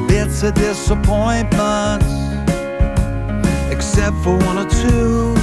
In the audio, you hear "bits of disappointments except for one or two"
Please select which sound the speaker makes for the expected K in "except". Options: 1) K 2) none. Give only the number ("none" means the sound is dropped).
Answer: 1